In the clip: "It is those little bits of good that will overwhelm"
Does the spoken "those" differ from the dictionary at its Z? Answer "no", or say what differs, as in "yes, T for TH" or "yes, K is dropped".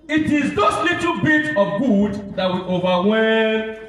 yes, S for Z